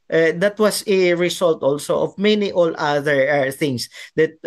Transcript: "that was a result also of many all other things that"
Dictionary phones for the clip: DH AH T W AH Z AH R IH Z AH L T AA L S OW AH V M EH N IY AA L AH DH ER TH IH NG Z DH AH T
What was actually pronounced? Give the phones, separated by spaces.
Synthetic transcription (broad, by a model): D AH T W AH S AH R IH S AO L T AA L S OW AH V M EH N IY AA L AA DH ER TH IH NG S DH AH T